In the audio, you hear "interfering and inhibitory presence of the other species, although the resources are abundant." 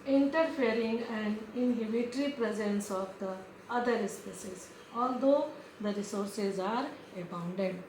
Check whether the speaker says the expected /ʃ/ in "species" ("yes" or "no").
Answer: no